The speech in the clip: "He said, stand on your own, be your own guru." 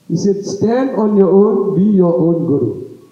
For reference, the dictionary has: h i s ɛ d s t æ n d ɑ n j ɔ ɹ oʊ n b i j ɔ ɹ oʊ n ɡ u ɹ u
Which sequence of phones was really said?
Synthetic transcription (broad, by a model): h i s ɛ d s t æ n d ɑ n j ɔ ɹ oʊ n b i j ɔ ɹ oʊ n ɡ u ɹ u